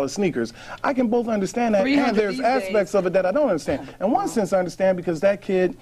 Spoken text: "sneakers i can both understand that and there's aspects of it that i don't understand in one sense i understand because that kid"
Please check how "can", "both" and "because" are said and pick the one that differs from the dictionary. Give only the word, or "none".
none